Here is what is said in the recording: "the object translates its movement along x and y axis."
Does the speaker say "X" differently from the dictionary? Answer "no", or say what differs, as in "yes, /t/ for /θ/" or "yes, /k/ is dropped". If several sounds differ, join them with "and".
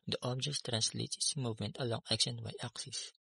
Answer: yes, /ʃ/ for /s/